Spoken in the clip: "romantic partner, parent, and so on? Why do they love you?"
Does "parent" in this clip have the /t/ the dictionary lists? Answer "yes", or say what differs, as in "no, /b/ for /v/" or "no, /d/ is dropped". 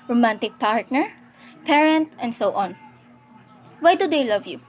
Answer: yes